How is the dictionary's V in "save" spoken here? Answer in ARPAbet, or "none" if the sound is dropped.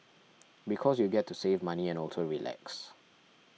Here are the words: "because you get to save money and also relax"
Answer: V